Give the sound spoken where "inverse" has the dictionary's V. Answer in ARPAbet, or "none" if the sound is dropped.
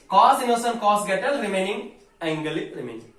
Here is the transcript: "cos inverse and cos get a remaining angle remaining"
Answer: none